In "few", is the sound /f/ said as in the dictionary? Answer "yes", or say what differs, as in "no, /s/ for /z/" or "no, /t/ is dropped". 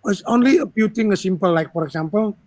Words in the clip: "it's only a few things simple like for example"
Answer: no, /p/ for /f/